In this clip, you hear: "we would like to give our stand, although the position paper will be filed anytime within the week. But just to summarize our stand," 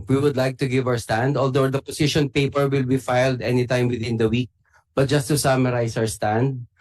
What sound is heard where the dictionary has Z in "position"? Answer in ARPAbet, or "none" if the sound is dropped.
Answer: S